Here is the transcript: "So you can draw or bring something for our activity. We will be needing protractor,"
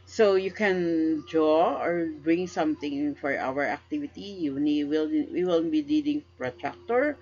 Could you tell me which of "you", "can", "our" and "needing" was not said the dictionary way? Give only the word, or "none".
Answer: needing